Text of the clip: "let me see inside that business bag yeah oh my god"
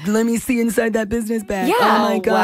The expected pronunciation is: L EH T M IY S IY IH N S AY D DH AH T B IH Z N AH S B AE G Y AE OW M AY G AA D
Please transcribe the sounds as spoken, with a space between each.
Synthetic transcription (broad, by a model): L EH T M IY S IY IH N S AY D DH AH T B IH Z N AH S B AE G Y AE OW M AY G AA